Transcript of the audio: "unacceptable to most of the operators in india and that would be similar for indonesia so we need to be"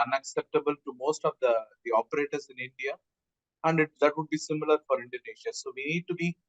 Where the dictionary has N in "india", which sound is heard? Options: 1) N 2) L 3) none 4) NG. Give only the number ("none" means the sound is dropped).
1